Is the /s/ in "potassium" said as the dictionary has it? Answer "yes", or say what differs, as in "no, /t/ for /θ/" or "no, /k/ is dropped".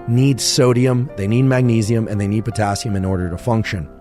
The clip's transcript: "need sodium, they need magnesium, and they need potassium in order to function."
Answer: yes